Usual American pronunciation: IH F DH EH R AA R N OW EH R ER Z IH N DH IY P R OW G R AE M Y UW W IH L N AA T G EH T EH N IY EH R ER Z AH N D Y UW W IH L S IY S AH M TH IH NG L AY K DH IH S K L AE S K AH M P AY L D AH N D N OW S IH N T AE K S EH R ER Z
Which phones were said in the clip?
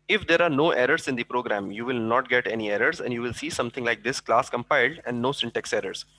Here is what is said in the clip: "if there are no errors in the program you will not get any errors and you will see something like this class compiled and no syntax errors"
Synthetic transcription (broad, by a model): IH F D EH R AA R N OW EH R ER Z IH N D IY P R OW G R AE M Y UW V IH L N AA T G EH T EH N IY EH R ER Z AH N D Y UW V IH L S IY S AH M T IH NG L AY K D IH S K L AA S K AH M P AY L D AH N D N OW S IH N T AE K S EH R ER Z